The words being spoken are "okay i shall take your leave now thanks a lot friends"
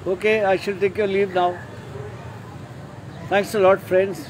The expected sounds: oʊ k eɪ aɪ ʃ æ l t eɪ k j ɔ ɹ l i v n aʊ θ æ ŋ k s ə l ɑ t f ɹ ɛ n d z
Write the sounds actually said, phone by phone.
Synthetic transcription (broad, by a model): oʊ k eɪ aɪ ʃ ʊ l t eɪ k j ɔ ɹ l i v n aʊ t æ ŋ k s ə l ɑ t f ɹ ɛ n d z